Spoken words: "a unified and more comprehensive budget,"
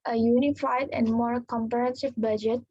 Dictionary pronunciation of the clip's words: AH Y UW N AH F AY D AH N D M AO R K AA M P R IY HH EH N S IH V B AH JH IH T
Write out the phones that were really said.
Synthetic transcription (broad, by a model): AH Y UW N AH F AY D AH N D M AO R K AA M P IY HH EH N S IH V B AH JH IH T